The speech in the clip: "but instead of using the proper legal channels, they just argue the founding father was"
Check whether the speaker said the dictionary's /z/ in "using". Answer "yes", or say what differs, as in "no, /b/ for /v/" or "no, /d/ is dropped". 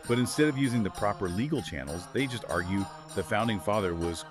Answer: yes